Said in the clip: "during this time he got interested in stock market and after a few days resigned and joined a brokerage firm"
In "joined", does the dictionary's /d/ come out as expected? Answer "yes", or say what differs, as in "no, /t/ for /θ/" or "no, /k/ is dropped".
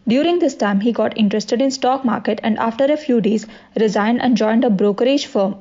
yes